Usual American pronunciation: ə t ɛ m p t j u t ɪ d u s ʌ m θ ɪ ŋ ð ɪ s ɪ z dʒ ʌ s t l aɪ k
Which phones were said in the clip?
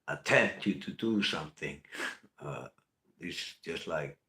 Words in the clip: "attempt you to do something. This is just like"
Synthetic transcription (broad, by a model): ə t ɛ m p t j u t ɪ d u s ʌ m θ ɪ ŋ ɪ ɪ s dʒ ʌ s t l aɪ k